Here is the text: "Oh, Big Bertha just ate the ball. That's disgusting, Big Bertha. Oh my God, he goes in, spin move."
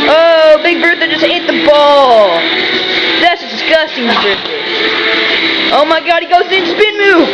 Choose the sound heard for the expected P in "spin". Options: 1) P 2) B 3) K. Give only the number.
2